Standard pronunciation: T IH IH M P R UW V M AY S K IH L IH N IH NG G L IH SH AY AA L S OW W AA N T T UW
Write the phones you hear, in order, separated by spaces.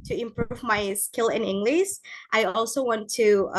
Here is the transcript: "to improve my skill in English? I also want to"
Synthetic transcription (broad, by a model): T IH IH M P R UW V M AY S K IH L IH N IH NG G L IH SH AY AA L S OW W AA N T T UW